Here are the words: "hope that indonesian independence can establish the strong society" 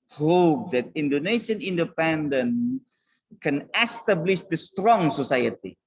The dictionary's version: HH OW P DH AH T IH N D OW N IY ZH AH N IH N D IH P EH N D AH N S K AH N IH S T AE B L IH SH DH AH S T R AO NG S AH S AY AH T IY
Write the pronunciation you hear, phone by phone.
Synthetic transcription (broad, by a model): HH OW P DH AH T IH N D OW N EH SH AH N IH N D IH P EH N D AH N K AH N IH S T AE B L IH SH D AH S T R AO NG S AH S AY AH T IY